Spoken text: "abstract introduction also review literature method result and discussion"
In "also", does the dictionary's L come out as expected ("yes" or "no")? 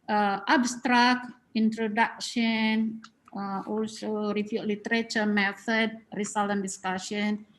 yes